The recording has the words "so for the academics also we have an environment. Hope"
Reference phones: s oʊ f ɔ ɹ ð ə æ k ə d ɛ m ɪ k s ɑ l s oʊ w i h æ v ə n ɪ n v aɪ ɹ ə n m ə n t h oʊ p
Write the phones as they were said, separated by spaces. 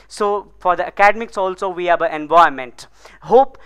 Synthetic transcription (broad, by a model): s oʊ f ɔ ɹ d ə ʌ k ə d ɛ m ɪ k s ɑ l s oʊ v i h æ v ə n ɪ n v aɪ ə m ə n t h oʊ p